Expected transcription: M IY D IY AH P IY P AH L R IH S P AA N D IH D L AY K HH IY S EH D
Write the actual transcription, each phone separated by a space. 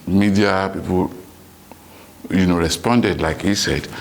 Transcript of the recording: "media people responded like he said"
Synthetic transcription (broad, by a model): M IY D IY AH P IY P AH N R IH S P AA N D IH D L AY K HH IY S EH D